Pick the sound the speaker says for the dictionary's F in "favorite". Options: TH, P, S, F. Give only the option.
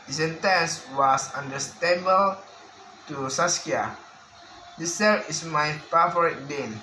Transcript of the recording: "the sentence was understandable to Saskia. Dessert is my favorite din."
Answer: P